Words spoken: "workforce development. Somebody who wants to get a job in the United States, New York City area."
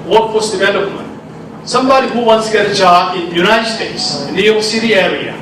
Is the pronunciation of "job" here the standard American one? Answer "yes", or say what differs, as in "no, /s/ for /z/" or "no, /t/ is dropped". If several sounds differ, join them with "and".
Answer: no, /b/ is dropped